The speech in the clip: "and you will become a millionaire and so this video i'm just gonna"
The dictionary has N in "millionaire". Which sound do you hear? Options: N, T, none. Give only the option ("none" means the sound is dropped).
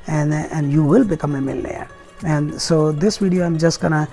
none